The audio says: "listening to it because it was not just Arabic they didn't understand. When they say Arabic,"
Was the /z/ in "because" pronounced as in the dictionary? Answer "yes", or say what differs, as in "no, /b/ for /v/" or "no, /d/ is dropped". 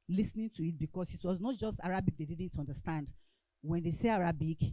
no, /s/ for /z/